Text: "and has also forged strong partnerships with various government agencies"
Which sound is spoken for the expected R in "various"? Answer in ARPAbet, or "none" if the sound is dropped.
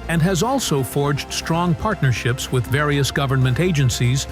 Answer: R